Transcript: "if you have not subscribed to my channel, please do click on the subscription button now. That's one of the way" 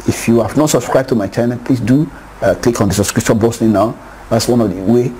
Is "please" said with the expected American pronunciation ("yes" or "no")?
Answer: no